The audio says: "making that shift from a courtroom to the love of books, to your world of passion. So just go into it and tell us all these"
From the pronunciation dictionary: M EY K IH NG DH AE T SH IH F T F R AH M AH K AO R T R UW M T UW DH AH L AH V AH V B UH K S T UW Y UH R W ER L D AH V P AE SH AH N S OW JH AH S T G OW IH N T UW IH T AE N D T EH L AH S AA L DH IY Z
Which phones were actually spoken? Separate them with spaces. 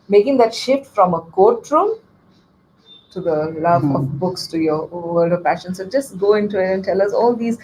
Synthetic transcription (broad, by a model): M EY K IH NG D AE T SH IH F T F R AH M AH K AO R T R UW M T UW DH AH L AH V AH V B UH K S T UW Y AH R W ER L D AH V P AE SH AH N S OW JH AH S T G OW IH N T UW IH T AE N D T EH L AH S AA L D IY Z